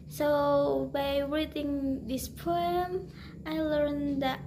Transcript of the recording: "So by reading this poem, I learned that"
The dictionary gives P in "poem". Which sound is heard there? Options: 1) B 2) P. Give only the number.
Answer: 2